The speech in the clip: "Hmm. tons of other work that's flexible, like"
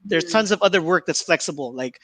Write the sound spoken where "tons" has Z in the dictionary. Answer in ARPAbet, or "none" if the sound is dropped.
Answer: Z